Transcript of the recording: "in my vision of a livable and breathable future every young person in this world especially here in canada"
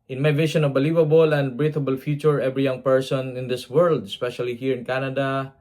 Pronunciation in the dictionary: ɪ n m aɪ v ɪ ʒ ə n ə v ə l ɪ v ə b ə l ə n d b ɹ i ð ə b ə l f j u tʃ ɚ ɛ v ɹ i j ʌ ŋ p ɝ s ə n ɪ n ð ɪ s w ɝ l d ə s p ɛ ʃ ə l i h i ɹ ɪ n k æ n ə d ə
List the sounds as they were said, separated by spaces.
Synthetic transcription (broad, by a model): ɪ n m aɪ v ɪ ʃ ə n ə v ə l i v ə b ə l ə n d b ɹ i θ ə b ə l f j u tʃ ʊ ɛ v ɹ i j ʌ ŋ p ɝ s ə n ɪ n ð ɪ s w ɝ l d ə s p ɛ ʃ ə l i h i ɹ ɪ n k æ n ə d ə